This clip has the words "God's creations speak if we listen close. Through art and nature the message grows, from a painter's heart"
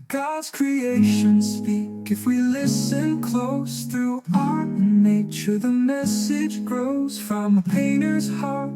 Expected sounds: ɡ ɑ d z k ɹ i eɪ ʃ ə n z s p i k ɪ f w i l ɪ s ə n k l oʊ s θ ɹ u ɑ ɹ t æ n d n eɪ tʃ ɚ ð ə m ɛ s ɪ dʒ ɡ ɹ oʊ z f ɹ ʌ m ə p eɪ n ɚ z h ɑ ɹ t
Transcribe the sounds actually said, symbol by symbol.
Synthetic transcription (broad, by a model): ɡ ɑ d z k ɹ i eɪ ʃ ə n s p i k ɪ f w i l ɪ s ə n k l oʊ s θ ɹ u ɑ ɹ t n n eɪ tʃ ɚ ð ə m ɛ s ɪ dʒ ɡ ɹ oʊ z f ɹ ʌ m ə p eɪ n ɚ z h ɑ ɹ t